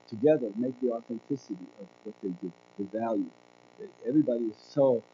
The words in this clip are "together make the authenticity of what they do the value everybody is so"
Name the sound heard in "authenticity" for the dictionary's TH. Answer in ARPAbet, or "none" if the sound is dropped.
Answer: TH